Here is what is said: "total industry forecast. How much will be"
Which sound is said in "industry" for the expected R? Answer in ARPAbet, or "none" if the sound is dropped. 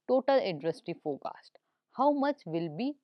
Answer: none